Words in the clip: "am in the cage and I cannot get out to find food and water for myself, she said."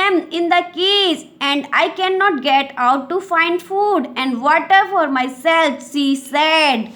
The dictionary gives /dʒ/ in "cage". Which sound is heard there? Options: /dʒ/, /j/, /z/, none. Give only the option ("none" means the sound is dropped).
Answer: /z/